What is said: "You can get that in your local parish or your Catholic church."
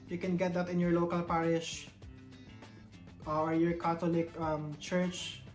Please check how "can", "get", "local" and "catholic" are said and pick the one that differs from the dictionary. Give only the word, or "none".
catholic